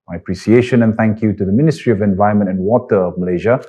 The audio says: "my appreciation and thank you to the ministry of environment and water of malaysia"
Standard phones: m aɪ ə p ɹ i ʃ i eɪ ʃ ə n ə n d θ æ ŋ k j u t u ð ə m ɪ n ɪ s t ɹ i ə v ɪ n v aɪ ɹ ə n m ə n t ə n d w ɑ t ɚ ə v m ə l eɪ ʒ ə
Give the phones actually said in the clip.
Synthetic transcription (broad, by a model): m aɪ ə p ɹ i s i eɪ ʃ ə n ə n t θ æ ŋ k j u t u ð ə m ɪ n ɪ s t ɹ i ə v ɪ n v aɪ ə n m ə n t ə n w ɑ t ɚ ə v m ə l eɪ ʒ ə